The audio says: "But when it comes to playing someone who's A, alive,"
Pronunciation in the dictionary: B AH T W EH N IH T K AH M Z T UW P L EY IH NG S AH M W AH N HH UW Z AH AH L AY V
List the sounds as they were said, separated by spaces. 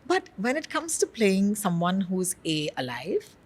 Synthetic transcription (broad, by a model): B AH T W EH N IH T K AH M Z T UW P L EY IH NG S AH M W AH N HH UW Z AH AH L AY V